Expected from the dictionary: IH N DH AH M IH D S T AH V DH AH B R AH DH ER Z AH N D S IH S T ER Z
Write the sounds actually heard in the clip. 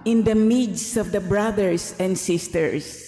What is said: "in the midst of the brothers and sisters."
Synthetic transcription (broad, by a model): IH N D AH M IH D S AH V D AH B R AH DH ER S AH N D S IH S T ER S